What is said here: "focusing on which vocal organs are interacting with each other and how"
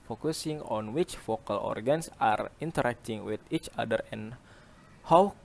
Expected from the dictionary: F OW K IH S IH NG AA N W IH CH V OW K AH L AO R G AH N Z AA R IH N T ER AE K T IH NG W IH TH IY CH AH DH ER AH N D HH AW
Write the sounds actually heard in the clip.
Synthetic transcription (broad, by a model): F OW K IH S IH NG AA N W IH CH F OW K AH L AO R G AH N S AA R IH N T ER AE K T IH NG W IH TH IY CH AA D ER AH N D HH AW